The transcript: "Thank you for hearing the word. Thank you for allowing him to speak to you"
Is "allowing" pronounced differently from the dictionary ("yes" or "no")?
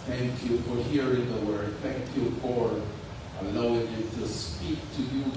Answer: yes